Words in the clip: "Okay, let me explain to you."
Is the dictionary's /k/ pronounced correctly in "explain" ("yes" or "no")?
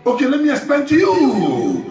no